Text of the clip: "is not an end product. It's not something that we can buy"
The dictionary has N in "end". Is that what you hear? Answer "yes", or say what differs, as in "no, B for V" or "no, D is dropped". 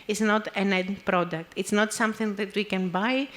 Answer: no, N is dropped